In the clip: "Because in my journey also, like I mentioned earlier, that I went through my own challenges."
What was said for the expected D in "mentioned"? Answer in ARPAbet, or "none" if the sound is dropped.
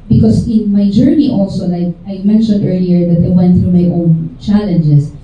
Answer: D